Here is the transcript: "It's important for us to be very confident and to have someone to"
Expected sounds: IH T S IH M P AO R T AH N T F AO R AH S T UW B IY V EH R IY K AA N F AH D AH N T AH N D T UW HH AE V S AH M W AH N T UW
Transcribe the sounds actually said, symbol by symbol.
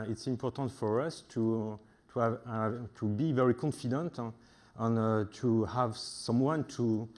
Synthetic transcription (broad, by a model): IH T S IH M P AO R T AH N T F AO R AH S T UW B IY V EH R IY K AA N F AH D AH N T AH N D T UW HH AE V S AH M W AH N T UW